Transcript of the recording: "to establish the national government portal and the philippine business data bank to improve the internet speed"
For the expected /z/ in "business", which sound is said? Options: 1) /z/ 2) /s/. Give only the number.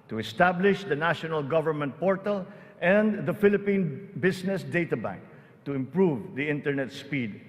2